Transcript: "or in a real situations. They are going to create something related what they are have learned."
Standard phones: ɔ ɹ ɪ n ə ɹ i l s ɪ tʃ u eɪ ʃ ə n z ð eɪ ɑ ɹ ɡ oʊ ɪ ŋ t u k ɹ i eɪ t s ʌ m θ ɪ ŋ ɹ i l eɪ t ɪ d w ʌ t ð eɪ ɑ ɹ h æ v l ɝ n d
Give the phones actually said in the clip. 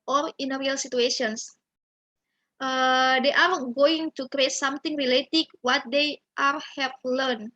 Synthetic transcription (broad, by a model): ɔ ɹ ɪ n ə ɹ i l s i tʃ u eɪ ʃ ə n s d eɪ ɑ ɹ ɡ oʊ ɪ ŋ t u k ɹ i eɪ t s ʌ m t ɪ ŋ ɹ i l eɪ t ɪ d w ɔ t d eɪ ɑ ɹ h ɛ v l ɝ n